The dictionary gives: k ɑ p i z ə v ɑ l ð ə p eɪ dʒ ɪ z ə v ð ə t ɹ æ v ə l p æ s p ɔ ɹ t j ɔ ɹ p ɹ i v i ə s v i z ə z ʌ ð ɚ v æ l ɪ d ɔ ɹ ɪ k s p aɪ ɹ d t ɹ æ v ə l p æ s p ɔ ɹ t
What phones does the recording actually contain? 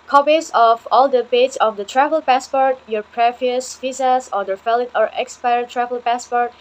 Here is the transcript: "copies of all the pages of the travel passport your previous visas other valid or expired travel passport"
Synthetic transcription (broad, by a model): k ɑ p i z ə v ɑ l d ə b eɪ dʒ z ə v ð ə t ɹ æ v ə l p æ s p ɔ ɹ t j ɔ ɹ p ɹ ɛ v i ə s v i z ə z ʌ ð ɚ f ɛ l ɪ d ɔ ɹ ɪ k s p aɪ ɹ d t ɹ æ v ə l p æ s p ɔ ɹ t